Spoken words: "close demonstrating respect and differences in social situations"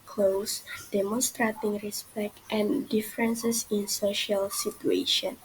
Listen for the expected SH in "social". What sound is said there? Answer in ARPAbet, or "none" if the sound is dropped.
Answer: SH